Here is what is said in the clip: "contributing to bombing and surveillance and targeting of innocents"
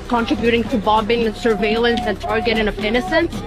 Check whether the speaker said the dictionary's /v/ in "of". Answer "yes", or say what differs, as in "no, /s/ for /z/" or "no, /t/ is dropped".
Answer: no, /p/ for /v/